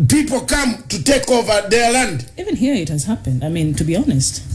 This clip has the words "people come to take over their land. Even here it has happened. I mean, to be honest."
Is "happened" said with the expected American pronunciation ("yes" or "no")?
yes